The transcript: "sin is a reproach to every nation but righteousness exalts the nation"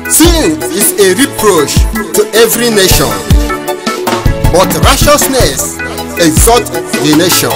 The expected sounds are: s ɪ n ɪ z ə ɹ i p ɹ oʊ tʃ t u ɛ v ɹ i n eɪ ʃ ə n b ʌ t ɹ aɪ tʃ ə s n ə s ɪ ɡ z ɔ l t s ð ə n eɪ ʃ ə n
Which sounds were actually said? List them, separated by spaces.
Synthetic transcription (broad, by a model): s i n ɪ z ə ɹ i p ɹ oʊ tʃ t u ɛ v ɹ i n eɪ ʃ ə n b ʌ t ɹ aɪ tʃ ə s n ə s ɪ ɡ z ɔ t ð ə n eɪ ʃ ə n